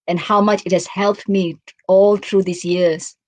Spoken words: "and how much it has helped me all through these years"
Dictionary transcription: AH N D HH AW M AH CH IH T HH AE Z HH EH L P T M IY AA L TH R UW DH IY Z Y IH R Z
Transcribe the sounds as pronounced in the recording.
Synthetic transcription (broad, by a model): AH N HH AW M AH CH IH T HH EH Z HH EH L P T M IY AA L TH R UW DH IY S Y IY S